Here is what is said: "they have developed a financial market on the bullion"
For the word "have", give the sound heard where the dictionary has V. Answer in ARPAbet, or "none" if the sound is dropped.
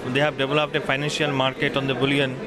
B